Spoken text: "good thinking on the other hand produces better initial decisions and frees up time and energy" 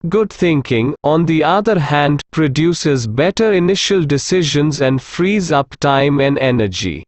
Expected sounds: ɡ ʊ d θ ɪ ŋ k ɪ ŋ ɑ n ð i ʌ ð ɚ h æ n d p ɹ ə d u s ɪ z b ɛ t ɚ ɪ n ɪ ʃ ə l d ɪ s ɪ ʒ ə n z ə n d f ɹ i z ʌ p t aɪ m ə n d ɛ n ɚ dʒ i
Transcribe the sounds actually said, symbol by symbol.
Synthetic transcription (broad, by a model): ɡ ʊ d t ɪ ŋ k ɪ ŋ ɑ n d i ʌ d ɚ h æ n d p ɹ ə d u s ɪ z b ɛ t ɚ ɪ n ɪ ʃ ə l d ɪ s ɪ ʒ ə n z ə n d f ɹ i z ʌ p t aɪ m ə n d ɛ n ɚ dʒ i